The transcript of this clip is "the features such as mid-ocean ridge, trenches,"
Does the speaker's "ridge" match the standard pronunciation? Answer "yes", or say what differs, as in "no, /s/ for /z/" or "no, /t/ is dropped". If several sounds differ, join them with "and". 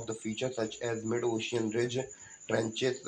yes